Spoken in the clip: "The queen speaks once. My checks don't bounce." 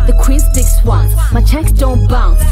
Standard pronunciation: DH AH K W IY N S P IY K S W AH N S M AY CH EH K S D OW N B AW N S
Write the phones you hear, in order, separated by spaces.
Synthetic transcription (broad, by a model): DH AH K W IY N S IY K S W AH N M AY CH EH K S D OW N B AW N